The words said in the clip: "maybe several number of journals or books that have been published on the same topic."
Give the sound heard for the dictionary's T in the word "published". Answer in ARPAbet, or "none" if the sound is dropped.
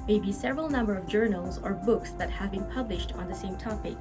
T